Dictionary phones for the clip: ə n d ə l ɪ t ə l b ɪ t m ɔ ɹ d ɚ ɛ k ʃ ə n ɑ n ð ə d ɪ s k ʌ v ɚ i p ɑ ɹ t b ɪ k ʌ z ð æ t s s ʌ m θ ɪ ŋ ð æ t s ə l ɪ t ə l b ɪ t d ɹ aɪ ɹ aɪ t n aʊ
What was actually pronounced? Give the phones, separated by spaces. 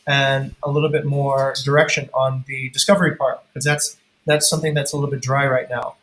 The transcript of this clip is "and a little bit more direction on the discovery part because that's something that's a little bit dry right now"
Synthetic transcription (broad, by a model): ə n ə l ɪ t l b ɪ t m ɔ ɹ d ɚ ɛ k ʃ ə n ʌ n ð ə d ɪ s k ʌ v ɚ i p ɑ ɹ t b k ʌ z ð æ t s s ʌ m θ ɪ ŋ ð æ t s ə l ɪ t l b ɪ t d ɹ aɪ ɹ aɪ t n aʊ